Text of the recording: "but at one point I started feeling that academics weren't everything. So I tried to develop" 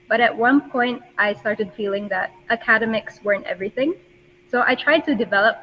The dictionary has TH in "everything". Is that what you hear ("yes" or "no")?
yes